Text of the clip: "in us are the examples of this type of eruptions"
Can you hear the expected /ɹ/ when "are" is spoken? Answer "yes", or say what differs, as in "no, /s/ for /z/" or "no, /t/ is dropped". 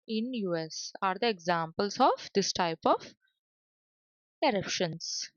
yes